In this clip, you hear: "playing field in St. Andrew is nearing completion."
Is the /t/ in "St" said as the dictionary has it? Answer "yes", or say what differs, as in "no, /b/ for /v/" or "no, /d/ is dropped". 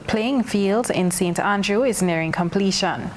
yes